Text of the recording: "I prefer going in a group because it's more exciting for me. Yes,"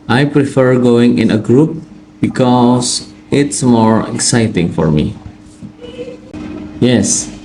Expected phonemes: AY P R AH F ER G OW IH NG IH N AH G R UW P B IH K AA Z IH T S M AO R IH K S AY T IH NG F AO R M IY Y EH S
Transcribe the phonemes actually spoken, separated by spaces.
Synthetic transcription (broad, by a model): AY P R AH F ER G OW IH NG IH N AH G R UW P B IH K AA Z IH T S M AO R IH K S AY T IH NG F AO R M IY Y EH S